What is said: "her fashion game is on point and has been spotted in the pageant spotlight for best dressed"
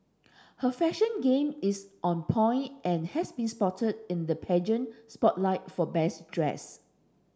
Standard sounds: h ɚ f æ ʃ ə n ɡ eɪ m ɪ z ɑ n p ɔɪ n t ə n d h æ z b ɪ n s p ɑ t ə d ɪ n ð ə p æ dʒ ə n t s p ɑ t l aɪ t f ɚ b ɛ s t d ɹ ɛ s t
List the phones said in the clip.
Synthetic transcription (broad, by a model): h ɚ f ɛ ʃ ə n ɡ eɪ m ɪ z ɑ n p ɔɪ n t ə n h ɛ s b ɪ n s p ɑ t ə d ɪ n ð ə p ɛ dʒ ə n s p ɑ t l aɪ t f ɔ b ɛ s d ɹ ɛ s